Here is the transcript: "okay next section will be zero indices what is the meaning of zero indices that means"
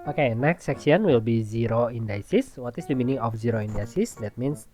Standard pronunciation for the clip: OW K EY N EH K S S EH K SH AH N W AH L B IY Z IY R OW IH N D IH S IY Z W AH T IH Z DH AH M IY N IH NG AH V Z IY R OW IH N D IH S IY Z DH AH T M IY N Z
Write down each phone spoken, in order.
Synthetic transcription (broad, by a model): OW K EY N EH K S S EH K S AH N W AH L B IY Z IY R OW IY N D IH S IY S W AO T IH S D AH M IY N IH NG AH F Z IY R OW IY N D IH S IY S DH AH T M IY N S